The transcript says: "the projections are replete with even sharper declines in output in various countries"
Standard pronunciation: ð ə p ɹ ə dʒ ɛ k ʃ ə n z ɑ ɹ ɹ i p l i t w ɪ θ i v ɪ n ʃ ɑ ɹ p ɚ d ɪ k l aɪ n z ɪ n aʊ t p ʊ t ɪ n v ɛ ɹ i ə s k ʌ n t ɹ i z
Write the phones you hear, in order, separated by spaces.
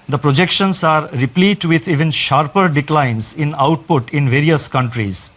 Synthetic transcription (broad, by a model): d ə p ɹ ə dʒ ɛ k ʃ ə n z ɑ ɹ ɹ i p l i t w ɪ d i v ɪ n ʃ ɑ ɹ p ɚ d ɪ k l aɪ n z ɪ n aʊ t p ʊ t ɪ n v ɛ ɹ i ə s k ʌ n t ɹ i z